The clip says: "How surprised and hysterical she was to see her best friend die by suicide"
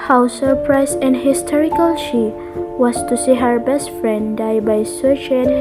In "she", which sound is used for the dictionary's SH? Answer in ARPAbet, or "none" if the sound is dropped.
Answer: SH